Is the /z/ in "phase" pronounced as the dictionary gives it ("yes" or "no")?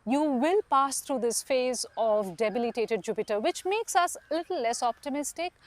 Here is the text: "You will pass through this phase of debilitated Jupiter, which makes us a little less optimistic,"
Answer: yes